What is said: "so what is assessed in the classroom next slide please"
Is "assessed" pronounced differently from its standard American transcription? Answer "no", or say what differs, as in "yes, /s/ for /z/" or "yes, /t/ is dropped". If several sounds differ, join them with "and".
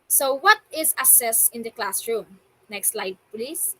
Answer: yes, /t/ is dropped